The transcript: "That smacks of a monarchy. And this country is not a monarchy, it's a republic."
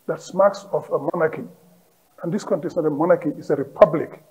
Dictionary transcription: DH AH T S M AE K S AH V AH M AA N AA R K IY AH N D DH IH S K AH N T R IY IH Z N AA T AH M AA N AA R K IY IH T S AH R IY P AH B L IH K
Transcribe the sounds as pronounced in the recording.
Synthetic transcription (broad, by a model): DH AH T S M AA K S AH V AH M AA N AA K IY AH N D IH S K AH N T IY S N AA T AH M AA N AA K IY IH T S AH R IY P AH B L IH K